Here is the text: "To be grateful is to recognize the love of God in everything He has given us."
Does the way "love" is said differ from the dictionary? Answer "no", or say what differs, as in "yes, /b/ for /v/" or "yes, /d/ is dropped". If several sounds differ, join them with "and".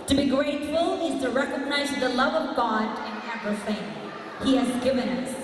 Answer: no